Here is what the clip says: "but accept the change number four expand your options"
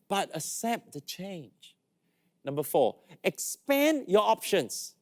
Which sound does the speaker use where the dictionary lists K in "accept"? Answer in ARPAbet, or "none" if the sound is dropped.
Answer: none